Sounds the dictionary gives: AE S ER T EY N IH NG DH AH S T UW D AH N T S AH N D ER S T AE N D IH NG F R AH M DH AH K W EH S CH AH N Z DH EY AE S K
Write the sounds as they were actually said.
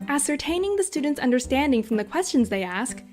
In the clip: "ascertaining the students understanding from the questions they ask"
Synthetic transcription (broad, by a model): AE S ER T EY N IH NG DH AH S T UW D N T S AH N D ER S T AE N D IH NG F R AH M DH AH K W EH S CH AH N Z DH EY AE S K